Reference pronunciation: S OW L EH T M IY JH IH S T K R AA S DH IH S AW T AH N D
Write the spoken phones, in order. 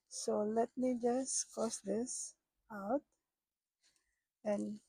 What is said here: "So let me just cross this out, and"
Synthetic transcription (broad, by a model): S OW L EH T M IY JH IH S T K AA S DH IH S AW T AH N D